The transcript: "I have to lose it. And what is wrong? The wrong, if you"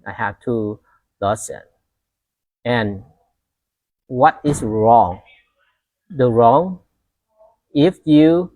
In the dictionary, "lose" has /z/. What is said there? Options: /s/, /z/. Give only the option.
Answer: /s/